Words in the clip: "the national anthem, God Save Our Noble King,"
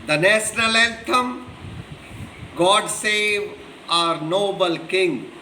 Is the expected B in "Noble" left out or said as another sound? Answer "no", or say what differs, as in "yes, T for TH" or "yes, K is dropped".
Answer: no